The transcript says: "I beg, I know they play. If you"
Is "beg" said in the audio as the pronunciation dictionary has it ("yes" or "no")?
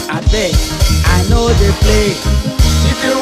no